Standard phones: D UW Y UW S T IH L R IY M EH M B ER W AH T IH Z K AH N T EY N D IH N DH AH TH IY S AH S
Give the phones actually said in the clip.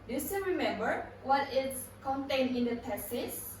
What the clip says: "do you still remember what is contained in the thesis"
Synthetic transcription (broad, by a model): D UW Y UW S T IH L R IY M EH M B ER W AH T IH S K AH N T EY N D IH N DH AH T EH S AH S